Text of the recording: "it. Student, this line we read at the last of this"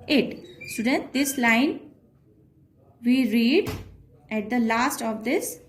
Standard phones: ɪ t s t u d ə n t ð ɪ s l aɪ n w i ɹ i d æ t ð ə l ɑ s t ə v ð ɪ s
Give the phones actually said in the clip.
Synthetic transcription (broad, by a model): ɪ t s t u d ə n t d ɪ s l aɪ n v i ɹ i d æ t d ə l ɑ s t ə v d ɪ s